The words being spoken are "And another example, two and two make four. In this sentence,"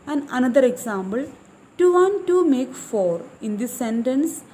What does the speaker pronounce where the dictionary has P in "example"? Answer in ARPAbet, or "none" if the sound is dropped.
B